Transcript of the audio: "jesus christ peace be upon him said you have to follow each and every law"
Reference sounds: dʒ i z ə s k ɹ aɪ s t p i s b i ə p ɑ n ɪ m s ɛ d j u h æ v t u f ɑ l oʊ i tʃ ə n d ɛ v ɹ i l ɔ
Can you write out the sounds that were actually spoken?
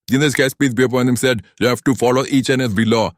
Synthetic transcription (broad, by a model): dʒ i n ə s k aɪ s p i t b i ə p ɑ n ɪ m s ɛ d j u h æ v t u f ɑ l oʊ i tʃ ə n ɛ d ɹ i l ɔ